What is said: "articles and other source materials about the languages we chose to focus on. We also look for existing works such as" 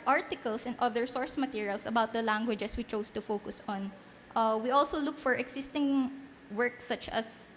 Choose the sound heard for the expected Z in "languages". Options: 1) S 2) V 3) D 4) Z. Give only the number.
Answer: 1